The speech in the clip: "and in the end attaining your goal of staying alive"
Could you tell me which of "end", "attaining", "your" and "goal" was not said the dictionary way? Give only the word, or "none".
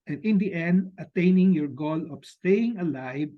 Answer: none